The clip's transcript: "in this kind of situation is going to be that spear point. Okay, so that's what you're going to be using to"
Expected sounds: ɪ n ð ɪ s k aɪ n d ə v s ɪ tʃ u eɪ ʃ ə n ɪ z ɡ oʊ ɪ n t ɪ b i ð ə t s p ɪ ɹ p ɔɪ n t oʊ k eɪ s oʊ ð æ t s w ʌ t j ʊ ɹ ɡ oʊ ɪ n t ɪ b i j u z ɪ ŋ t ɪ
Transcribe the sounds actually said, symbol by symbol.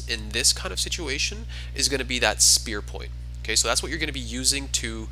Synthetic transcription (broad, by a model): ɪ n ð ɪ s k aɪ n d ə v s ɪ tʃ u eɪ ʃ ə n ɪ z ɡ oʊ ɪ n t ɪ b i ð ə t s p ɪ ɹ p ɔɪ n t oʊ k eɪ s oʊ ð æ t s w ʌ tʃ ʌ ɹ ɡ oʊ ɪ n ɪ b i j u z ɪ ŋ t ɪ